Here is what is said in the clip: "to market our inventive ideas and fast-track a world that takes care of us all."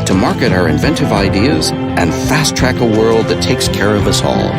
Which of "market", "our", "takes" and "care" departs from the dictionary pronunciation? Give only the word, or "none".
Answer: none